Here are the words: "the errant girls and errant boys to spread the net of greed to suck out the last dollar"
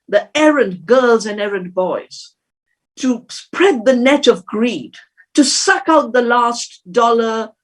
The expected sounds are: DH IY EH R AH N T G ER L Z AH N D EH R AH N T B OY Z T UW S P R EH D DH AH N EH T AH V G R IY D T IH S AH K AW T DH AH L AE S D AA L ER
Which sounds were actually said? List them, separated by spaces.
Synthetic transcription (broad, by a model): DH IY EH R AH N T G ER L Z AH N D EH R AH N B OY Z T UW S P R EH D DH AH N EH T AH V G R IY D T IH S AH K AW T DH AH L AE S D AA L ER